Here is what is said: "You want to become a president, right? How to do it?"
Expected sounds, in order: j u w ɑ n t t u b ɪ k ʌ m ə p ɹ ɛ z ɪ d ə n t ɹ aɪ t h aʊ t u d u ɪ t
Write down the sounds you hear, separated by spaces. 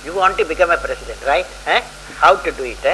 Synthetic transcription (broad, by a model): j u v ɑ n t t u b ɪ k ʌ m ə p ɹ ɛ s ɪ d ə n t ɹ aɪ t h aʊ t u d u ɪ t